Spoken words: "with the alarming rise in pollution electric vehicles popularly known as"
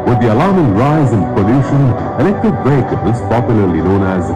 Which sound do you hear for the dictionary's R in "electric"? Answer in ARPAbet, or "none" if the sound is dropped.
none